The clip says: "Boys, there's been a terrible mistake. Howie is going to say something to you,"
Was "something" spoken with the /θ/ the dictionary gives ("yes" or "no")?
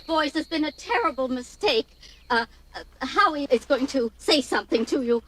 yes